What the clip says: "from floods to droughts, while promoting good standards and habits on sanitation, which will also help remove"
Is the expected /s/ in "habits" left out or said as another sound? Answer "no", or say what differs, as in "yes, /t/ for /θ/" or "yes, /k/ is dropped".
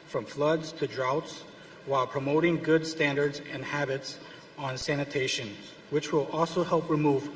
no